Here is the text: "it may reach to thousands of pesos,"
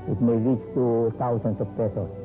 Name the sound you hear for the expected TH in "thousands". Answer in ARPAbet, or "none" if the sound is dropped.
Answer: T